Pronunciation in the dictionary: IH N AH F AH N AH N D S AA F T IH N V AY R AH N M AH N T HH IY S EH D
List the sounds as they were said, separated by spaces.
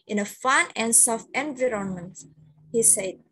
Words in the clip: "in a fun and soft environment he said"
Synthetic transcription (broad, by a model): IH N AH F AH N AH N S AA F IH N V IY R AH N M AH N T HH IY S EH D